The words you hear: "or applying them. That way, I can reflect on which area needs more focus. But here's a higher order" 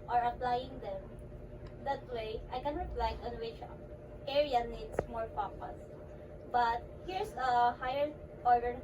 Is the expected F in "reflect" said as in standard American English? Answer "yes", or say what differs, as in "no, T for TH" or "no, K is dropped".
no, P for F